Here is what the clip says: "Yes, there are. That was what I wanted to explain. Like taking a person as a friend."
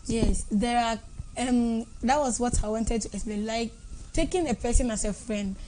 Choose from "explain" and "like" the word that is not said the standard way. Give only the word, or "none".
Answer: explain